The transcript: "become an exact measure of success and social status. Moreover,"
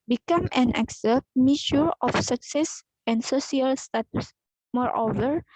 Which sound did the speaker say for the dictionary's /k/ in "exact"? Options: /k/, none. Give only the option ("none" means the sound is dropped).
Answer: none